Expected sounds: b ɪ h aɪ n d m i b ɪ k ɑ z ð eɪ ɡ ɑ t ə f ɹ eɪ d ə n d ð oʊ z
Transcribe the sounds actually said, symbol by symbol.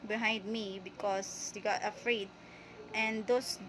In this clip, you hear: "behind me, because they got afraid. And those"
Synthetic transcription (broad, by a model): b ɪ h aɪ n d m i b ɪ k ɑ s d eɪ ɡ ɑ t ə f ɹ eɪ d ə n d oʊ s